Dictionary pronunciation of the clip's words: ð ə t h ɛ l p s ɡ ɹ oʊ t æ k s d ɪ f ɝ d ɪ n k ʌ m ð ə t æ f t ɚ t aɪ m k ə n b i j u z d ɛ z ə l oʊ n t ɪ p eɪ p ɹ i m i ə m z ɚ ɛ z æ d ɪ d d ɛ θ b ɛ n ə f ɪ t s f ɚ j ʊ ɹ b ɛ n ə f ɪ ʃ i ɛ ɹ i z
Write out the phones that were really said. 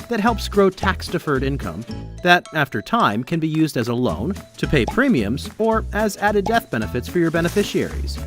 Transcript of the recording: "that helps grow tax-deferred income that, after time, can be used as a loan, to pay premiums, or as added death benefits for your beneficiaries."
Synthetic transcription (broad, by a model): ð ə t h ɛ l p s ɡ ɹ oʊ t æ k s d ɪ f ɝ d ɪ n k ʌ m ð ə t æ f t ɚ t aɪ m k ə n b i j u z d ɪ z ə l oʊ n t ɪ p eɪ p ɹ i m i ə m z ɚ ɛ z æ d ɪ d d ɛ θ b ɛ n ə f ɪ t s f ɚ j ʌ ɹ b ɛ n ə f ɪ ʃ i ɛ ɹ i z